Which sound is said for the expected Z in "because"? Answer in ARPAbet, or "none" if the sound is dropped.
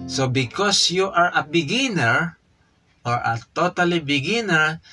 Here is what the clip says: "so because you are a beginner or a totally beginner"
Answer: S